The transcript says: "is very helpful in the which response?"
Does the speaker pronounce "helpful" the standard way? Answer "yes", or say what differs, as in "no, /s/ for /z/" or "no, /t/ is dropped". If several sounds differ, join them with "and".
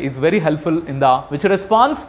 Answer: yes